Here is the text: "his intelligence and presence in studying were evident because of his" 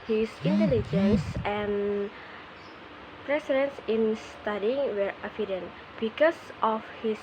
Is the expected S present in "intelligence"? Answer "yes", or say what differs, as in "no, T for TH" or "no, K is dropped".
yes